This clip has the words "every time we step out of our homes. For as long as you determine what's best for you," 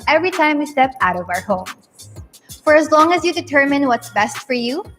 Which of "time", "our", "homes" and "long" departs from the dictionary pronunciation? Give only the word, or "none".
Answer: homes